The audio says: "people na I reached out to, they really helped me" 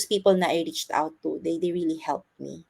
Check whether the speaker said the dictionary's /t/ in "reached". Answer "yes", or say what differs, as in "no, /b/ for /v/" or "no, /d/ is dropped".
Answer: yes